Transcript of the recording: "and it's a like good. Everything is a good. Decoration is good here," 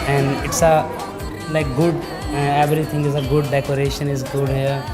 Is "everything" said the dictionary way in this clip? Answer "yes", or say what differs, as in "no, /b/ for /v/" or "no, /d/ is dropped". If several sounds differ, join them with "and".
no, /t/ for /θ/